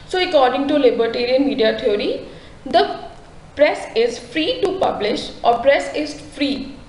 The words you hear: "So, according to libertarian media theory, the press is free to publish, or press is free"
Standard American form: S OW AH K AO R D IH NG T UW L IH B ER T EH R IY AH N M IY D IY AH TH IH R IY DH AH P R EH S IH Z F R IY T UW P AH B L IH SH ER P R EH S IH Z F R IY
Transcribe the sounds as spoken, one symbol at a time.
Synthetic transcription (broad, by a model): S OW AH K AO R D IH NG T UW L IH B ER T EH R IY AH N M IY D IY AH T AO R IY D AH P R EH S IH Z F R IY T UW P AH B L IH SH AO P R EH S IH Z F R IY